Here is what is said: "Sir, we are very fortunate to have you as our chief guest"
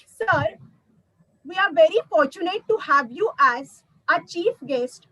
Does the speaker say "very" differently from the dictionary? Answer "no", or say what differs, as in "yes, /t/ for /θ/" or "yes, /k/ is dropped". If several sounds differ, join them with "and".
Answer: no